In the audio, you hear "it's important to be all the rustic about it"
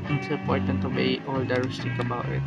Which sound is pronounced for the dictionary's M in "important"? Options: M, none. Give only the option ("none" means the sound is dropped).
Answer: none